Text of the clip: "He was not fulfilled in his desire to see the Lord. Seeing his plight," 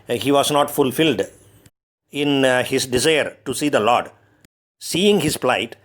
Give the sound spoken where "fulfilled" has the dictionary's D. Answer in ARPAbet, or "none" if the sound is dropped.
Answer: D